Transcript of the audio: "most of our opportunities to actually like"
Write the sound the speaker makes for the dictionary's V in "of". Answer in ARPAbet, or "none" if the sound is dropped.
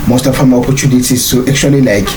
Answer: F